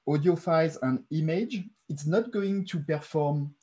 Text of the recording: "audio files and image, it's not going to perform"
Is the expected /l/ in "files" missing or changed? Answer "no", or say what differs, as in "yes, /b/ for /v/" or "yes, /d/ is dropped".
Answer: yes, /l/ is dropped